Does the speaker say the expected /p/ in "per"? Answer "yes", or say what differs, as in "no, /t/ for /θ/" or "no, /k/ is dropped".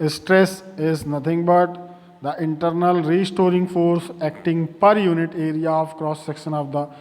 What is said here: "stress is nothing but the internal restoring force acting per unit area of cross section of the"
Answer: yes